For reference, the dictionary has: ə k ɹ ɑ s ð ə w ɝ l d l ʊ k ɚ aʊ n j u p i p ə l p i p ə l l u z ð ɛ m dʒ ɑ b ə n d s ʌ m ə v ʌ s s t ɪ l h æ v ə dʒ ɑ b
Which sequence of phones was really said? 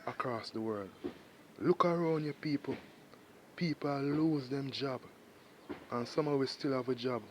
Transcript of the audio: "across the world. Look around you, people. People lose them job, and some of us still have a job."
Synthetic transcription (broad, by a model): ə k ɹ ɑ s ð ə w ɝ l d l ʊ k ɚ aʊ n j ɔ p i p ə l p i p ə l l u z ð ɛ m dʒ ɑ b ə n s ʌ m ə w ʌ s s t ɪ l h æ v ə dʒ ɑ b